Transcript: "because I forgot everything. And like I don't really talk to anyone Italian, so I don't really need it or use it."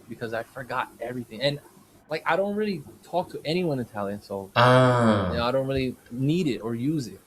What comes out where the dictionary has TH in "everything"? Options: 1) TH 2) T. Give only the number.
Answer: 1